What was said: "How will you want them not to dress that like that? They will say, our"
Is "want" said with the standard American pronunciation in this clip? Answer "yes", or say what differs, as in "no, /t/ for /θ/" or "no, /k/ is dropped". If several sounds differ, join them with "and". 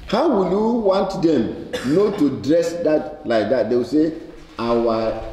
yes